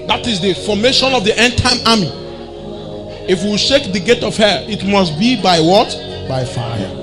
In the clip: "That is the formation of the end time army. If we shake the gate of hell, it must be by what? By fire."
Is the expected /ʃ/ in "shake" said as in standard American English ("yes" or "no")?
yes